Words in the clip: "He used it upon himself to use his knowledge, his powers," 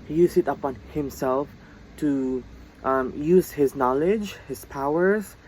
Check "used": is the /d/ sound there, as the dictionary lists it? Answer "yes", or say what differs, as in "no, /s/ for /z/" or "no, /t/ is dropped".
no, /d/ is dropped